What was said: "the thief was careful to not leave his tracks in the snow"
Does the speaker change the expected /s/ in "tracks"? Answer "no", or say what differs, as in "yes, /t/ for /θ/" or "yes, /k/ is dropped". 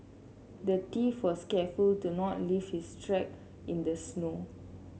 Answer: yes, /s/ is dropped